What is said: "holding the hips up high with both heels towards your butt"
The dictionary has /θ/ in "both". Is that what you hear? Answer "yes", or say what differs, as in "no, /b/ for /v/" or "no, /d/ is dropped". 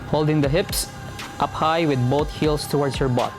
no, /t/ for /θ/